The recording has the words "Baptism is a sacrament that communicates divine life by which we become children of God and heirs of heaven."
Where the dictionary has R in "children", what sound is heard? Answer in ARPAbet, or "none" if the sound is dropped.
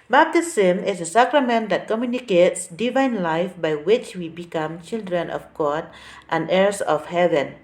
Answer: R